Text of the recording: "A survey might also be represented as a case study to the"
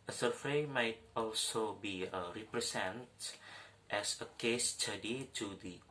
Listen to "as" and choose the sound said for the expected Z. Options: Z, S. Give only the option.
S